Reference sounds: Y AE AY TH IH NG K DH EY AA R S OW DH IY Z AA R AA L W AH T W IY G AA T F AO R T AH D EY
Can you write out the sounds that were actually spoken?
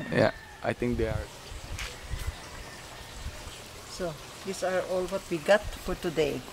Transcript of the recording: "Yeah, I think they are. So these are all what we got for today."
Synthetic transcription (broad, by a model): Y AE AY T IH NG K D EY AA R S OW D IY S AA R AA L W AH T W IY G AA T F AO R T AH D EY